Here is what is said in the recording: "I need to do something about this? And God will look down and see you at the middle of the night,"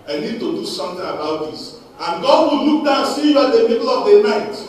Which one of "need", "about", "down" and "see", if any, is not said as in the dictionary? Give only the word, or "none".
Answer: down